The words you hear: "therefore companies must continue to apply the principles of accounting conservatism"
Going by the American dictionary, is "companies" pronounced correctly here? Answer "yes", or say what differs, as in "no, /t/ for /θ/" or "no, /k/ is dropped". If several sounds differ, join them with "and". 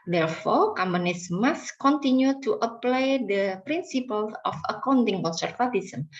no, /p/ is dropped and /s/ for /z/